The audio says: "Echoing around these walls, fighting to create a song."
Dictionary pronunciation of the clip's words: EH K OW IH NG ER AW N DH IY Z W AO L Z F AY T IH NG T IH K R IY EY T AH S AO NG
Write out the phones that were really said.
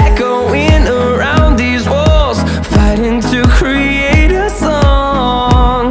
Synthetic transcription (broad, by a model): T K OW IH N ER AW N DH IY Z W AO L Z F AY T IH NG T IH K R IY EY T AH S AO NG